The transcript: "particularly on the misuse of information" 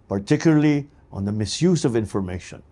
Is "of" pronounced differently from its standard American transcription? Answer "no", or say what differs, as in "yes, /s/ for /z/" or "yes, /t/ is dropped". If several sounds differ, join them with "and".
no